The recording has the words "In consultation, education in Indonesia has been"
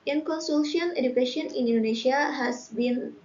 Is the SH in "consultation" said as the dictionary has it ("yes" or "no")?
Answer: no